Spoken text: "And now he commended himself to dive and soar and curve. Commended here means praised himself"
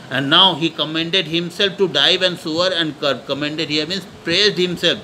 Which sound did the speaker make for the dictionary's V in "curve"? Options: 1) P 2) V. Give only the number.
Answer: 1